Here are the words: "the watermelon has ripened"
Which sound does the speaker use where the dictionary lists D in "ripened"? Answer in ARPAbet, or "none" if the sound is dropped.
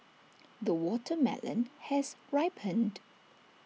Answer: D